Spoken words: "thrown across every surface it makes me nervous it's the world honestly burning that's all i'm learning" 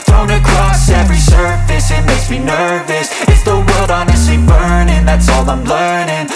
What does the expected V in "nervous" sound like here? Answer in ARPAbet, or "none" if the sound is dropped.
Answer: V